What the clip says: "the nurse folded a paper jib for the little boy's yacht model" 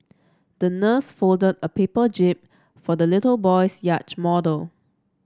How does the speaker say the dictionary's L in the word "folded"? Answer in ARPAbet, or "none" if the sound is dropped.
L